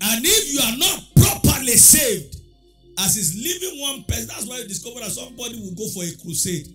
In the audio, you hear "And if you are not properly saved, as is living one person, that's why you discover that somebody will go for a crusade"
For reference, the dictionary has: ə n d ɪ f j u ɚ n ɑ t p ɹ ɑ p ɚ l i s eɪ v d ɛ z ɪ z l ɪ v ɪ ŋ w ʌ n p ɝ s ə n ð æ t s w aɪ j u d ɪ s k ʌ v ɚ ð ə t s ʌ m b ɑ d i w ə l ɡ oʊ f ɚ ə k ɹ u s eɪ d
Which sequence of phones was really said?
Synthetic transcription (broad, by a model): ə n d ɪ f j u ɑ n ɑ t p ɹ ɑ p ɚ l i s eɪ v d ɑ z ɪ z l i v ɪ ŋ w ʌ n p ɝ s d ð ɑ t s w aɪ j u d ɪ s k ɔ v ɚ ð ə t s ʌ m b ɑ d i w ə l ɡ oʊ f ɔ ə k ɹ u s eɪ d